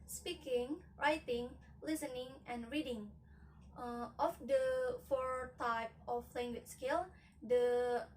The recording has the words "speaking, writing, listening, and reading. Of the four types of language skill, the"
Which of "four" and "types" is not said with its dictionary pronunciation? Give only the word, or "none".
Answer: types